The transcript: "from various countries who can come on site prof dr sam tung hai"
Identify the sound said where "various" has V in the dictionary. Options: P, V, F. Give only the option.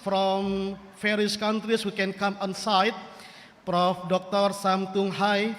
F